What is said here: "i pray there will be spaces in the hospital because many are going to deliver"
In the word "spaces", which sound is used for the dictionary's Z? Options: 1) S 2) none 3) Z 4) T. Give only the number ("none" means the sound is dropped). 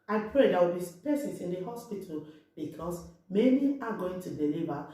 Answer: 1